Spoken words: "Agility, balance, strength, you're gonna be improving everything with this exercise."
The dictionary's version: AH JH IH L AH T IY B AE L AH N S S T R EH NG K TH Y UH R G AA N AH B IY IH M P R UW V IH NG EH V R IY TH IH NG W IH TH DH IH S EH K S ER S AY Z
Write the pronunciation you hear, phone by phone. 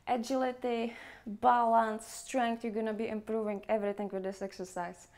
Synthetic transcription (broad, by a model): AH JH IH L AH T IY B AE L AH N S S T R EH NG K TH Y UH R G AA N AH B IY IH M P R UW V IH NG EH V R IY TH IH NG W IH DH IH S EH K S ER S AY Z